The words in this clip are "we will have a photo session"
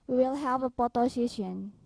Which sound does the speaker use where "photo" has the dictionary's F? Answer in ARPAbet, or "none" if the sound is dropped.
P